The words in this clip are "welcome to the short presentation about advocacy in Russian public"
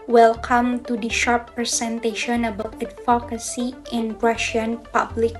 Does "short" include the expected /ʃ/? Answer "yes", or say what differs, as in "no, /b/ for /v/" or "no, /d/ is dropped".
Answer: yes